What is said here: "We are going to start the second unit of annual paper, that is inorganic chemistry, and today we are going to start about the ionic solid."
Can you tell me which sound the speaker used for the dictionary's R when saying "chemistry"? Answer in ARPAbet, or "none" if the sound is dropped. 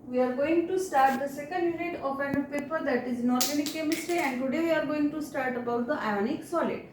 R